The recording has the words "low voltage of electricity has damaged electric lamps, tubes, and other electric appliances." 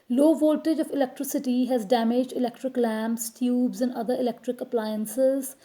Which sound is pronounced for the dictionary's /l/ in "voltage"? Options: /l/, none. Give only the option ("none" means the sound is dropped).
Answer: /l/